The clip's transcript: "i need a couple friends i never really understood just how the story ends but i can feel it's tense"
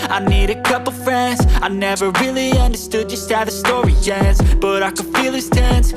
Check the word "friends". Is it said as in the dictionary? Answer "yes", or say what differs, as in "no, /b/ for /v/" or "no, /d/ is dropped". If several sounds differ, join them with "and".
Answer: yes